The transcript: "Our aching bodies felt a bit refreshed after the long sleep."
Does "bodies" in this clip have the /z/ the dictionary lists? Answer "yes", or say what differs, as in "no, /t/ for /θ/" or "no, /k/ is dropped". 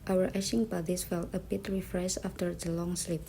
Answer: no, /s/ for /z/